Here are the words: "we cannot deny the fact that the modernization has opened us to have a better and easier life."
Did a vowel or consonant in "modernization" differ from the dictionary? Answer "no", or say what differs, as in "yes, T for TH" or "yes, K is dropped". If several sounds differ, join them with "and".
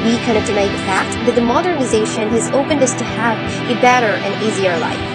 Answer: no